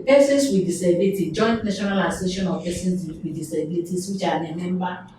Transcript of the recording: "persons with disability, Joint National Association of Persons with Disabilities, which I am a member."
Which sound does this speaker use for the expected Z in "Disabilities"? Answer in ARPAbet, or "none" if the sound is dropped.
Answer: S